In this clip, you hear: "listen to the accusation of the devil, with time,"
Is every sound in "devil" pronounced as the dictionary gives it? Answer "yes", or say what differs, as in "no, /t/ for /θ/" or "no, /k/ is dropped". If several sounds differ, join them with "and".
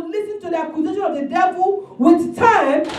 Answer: no, /b/ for /v/